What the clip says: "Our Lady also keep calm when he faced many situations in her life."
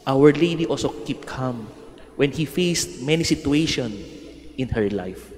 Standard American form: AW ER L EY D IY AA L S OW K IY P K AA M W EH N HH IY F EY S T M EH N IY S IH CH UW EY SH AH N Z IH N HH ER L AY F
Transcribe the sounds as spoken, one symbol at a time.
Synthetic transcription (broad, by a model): AW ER L EY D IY AA L S OW K IY P K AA M W EH N HH IY F EY S T M EH N IY S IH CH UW EY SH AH N IH N HH ER L AY F